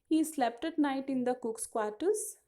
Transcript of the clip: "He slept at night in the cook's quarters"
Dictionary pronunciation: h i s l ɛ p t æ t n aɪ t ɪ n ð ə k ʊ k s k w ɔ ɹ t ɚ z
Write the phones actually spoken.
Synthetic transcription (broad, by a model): h i s l ɛ p t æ t n aɪ t ɪ n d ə k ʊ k s k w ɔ ɹ t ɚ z